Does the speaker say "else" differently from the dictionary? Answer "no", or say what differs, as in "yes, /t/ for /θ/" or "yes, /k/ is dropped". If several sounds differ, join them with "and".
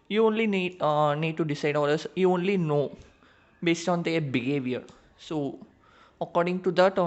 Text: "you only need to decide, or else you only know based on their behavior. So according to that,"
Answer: yes, /l/ is dropped